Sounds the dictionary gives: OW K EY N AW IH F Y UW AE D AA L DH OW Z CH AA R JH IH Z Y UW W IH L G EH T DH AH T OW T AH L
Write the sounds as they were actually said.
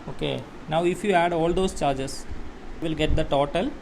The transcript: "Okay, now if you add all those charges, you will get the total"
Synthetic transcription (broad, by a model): OW K EY N AW IH F Y UW AE D AA L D OW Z CH AA R JH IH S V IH L G EH T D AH T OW T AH L